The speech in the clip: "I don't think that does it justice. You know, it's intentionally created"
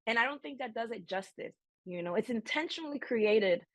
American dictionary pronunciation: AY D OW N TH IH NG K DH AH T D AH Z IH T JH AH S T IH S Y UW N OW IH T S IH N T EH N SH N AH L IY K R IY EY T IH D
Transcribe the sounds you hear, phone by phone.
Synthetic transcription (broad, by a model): AY D OW N TH IH NG K DH AH T D AH Z IH T JH AH S T IH S Y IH N OW IH T S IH N T EH N SH N L IY K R IY EY T IH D